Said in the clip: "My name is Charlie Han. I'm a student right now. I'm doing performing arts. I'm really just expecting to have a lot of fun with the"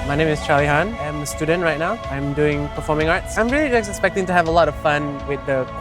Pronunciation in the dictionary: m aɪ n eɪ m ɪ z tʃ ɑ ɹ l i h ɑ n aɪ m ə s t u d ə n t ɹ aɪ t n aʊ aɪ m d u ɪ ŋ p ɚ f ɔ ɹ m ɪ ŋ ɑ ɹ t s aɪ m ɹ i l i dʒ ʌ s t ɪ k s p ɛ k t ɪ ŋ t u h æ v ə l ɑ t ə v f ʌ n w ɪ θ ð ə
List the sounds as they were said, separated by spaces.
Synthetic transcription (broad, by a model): m aɪ n eɪ m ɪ s tʃ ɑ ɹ l i h ɑ n aɪ m ə s t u d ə n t ɹ aɪ t n aʊ aɪ m d u ɪ ŋ p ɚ f ɔ m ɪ ŋ ɑ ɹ t s aɪ m ɹ i l i dʒ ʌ s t ɪ k s p ɛ k t ɪ ŋ t u h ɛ v ə l ɑ t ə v f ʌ n w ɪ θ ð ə